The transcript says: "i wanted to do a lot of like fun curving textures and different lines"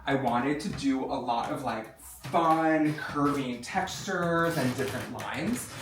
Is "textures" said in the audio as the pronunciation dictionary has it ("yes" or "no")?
yes